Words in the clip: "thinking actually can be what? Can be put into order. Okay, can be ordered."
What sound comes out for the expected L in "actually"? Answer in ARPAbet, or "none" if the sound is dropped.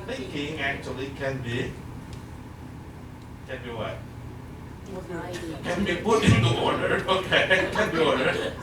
L